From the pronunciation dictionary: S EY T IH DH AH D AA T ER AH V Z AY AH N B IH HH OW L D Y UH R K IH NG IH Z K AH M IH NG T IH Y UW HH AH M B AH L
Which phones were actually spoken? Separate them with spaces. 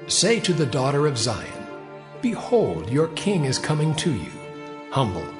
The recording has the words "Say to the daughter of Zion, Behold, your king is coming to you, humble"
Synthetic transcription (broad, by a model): S EY T IH DH AH D AA T ER AH V Z AY AH N B IH HH OW L D Y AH R K IH NG IH Z K AH M IH NG T IH Y UW HH AH M B L